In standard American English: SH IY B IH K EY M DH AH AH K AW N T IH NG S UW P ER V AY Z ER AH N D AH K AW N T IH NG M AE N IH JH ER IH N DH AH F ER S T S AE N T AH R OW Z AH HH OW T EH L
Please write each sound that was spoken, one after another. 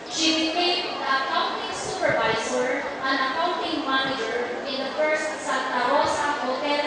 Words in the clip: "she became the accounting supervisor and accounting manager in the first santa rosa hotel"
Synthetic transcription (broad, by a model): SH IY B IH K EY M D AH AH K AW N T IH NG S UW P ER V AY S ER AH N AH K AW N T IH NG M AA N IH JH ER IH N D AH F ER S T S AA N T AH R OW S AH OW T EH